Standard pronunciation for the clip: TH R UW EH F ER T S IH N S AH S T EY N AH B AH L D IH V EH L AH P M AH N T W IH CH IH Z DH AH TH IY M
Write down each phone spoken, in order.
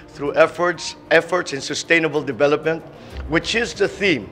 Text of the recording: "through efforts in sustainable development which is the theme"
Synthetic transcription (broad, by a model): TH R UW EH F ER T S IH N S AH S T EY N AH B AH L D IH V EH L AH P M AH N T W IH CH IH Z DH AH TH IY M